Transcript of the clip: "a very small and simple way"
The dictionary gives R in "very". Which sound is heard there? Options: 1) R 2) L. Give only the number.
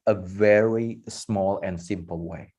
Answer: 1